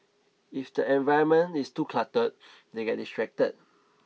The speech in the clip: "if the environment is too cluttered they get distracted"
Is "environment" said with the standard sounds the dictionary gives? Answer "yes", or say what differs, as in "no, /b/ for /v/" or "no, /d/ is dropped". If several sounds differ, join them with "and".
no, /ɹ/ is dropped and /n/ is dropped